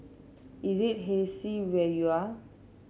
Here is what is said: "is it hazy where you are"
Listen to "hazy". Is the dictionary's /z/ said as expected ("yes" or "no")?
no